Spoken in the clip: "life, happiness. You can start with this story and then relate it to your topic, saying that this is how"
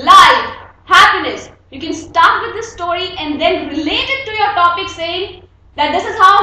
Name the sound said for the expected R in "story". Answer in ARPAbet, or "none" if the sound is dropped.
R